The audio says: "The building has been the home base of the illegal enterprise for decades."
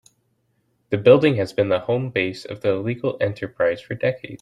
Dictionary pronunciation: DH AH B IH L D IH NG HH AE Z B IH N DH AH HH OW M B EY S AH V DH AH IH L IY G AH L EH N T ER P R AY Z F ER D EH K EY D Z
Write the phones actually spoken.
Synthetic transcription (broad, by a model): DH AH B IH L D IH NG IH Z B IH N DH AH HH OW M B EY S AH V DH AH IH L IY G L EH N T ER P R AY Z F ER D EH K EY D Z